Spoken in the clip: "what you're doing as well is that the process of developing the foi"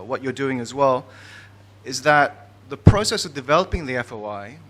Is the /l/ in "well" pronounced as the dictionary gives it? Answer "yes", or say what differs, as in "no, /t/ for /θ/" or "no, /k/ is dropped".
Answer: yes